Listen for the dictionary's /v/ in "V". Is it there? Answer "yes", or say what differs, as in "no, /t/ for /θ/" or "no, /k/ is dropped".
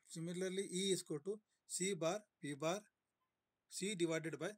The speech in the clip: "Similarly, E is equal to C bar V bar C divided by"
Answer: no, /p/ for /v/